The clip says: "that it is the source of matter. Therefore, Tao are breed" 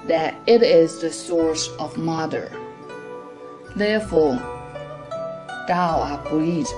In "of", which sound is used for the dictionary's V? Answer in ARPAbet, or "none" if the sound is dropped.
V